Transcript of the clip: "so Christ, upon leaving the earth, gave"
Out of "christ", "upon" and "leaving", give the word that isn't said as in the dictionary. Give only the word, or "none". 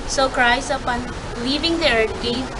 christ